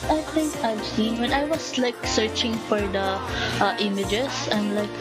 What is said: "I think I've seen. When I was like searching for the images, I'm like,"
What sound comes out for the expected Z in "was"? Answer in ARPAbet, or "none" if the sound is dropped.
S